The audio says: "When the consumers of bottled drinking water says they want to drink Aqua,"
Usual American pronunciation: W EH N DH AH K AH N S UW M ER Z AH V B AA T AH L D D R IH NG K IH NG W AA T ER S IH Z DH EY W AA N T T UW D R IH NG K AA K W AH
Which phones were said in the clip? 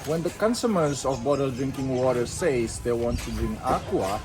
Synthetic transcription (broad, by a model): W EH N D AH K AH N S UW M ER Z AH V B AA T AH L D D R IH NG K IH NG W AA T ER S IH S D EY W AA N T T UW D R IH NG K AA K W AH